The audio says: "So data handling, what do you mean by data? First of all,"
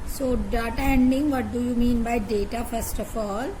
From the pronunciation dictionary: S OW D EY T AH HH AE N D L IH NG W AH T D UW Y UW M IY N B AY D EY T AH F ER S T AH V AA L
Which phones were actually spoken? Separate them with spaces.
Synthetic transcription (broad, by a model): S OW D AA T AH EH N D IH NG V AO T D UW Y UW M IY N B AY D EY T AH F ER S T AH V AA L